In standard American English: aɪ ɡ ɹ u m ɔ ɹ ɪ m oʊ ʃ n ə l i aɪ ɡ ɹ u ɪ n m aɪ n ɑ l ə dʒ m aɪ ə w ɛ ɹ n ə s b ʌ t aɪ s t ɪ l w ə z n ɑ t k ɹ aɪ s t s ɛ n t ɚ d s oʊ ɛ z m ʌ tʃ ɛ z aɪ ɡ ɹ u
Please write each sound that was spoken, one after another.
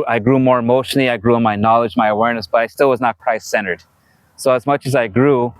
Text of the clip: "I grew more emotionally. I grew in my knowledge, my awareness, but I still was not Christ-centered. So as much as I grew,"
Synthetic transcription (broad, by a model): aɪ ɡ ɹ u m ɔ ɹ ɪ m oʊ ʃ n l i aɪ ɡ ɹ u ɪ n m aɪ n ɑ l ə dʒ m aɪ ə w ɛ ɹ n ə s b ʌ t aɪ s t ɪ l w ə z n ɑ t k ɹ aɪ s s ɛ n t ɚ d s oʊ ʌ z m ʌ tʃ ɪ z aɪ ɡ ɹ u